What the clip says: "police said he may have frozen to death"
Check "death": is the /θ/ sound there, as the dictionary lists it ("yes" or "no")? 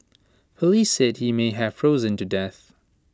yes